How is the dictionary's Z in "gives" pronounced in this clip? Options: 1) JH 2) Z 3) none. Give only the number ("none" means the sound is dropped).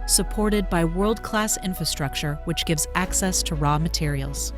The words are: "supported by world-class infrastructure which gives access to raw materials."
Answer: 2